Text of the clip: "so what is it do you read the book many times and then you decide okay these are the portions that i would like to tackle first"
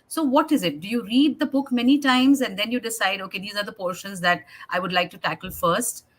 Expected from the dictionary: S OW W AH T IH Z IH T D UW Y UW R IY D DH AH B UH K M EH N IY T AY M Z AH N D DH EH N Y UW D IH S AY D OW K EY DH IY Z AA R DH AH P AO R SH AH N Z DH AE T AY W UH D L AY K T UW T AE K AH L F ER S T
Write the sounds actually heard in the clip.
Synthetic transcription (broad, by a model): S OW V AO T IH Z IH T D UW Y UW R IY D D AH B UH K M EH N IY T AY M Z AH N D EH N Y UW D IH S AY D OW K EY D IY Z AA R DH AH P AO R SH AH N Z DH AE T AY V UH D L AY K T UW T AE K AH L F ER S T